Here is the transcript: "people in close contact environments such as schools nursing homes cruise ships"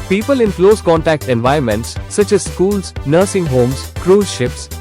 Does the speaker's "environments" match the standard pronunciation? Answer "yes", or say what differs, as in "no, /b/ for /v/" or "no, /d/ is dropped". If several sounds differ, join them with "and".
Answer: no, /ɹ/ is dropped